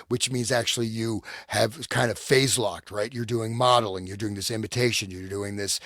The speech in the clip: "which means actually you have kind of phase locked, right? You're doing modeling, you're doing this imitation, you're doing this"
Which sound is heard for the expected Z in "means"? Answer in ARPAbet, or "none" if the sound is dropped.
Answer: Z